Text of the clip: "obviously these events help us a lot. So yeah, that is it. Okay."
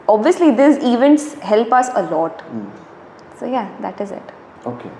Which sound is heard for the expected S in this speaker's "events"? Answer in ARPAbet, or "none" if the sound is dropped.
S